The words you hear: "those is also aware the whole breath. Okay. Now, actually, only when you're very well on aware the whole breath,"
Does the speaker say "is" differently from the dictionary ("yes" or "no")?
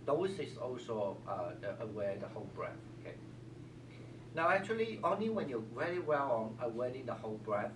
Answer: yes